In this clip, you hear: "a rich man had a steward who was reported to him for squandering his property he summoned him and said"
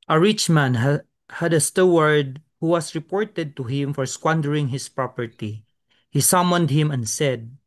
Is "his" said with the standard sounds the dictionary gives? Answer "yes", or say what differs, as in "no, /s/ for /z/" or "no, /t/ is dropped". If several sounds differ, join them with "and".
no, /s/ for /z/